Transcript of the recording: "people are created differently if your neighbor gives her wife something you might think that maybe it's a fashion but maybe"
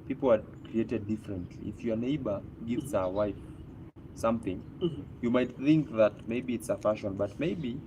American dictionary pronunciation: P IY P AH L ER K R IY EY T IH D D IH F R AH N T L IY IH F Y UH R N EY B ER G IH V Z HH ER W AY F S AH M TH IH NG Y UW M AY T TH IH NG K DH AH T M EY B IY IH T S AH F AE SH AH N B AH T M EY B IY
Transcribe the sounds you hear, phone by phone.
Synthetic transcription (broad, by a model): P IY P L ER K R IY EY T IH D D IH F R AH N T L IY IH F Y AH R N EY B ER G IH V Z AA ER W AY F S AH M TH IH NG Y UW M AY T TH IH NG K DH AH T M EY B IY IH T S AH F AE SH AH N B AH T M EY B IY